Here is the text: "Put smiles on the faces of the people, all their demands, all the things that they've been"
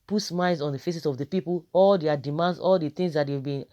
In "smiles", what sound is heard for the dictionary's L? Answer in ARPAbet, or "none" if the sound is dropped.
none